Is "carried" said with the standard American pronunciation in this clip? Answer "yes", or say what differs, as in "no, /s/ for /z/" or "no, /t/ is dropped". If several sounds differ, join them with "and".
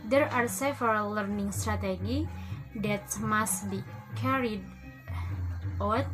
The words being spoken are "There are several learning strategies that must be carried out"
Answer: yes